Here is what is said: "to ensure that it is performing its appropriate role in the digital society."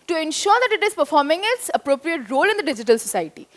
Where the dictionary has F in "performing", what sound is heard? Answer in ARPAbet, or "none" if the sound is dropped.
F